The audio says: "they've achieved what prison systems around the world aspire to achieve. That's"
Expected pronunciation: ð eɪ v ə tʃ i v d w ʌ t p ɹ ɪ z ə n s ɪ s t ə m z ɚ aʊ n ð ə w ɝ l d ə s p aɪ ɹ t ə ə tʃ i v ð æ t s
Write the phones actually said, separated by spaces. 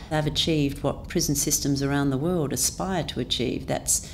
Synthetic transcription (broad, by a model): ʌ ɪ v ə tʃ i v d w ʌ t p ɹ ɪ z n s ɪ s t ə m z ɚ aʊ n ð ə w ɝ l d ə s p aɪ ɹ t ə ə tʃ i v ð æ t s